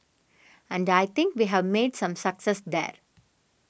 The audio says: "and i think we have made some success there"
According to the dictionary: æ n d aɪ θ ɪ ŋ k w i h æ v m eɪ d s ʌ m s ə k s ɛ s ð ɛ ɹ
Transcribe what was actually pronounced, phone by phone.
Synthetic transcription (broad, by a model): æ n d aɪ t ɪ ŋ k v i h æ v m eɪ d s ʌ m s ə k s ɛ s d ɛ ɹ